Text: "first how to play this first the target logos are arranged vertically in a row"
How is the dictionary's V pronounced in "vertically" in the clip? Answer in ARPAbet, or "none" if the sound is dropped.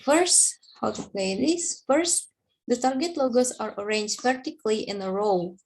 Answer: P